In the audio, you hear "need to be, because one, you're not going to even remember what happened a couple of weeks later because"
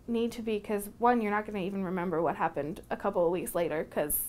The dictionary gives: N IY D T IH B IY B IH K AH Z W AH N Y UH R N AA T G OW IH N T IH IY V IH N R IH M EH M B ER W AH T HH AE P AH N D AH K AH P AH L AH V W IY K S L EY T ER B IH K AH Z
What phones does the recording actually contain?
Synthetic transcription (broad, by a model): N IY D T IH B IY K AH Z W AH N Y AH R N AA T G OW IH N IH IY V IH N R IH M EH M B ER W AH T HH AE P AH N D AH K AH P L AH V W IY K S L EY T ER K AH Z